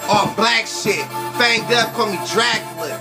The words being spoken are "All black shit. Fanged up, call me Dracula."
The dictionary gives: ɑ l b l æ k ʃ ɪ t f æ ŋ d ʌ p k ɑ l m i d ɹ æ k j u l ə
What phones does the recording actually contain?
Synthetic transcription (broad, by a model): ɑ b l æ k s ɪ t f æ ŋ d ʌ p k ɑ m i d ɹ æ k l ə